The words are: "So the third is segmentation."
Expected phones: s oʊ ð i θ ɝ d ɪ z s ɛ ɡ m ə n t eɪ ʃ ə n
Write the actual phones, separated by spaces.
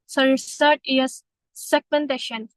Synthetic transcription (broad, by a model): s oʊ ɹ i s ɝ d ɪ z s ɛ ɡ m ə n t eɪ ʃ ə n